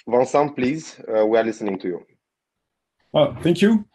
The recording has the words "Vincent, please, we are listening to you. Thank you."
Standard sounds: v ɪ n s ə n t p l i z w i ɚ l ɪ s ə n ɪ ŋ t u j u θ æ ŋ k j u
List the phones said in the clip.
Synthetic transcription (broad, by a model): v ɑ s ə p l i z w i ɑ l ɪ s ə n ɪ ŋ t u j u θ æ ŋ k j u